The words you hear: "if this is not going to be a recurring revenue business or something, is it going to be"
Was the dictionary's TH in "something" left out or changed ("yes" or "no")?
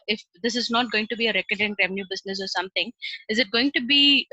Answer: yes